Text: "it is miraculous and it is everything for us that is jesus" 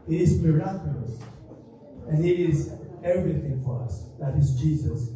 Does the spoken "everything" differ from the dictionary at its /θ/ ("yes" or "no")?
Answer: no